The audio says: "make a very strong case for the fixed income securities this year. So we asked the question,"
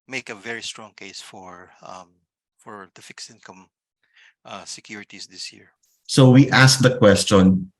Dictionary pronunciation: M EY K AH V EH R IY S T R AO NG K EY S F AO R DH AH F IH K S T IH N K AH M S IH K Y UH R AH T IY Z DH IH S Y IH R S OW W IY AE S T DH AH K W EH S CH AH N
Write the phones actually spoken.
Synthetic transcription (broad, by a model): M EY K AH V EH R IY S T R AO NG K EY S F AO R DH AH F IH K S IH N K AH M S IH K Y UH R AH T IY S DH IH S Y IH R S OW W IY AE S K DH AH K W EH S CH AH N